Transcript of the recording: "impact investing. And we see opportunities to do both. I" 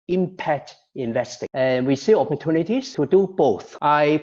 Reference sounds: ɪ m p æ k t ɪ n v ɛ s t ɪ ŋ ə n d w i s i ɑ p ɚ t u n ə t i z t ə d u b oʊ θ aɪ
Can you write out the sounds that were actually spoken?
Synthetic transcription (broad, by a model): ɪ m p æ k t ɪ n v ɛ s t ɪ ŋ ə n w i s i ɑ p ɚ t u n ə t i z t ə d u b oʊ θ aɪ